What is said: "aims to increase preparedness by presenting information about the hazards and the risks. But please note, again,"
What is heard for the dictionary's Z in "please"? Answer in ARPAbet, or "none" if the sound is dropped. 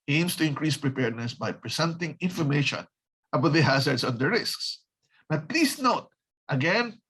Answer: S